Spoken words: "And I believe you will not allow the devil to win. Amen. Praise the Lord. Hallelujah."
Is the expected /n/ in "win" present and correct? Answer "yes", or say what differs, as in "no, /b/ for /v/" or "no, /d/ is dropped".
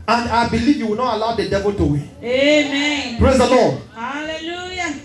no, /n/ is dropped